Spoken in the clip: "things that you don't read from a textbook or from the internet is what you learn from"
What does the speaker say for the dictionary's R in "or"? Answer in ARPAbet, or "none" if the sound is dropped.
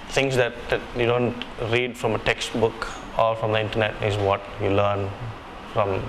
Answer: L